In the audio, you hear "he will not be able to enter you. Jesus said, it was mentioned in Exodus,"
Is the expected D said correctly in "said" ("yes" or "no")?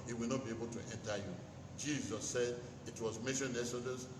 yes